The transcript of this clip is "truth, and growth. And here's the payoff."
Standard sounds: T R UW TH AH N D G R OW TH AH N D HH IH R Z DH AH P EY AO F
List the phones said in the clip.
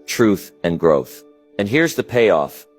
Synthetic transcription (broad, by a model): T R UW TH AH N G R OW TH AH N HH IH R Z DH AH P EY AO F